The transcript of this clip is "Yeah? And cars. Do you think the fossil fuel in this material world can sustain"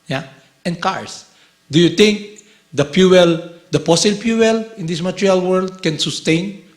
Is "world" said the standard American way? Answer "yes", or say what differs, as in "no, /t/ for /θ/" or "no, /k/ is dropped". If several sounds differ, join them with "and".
yes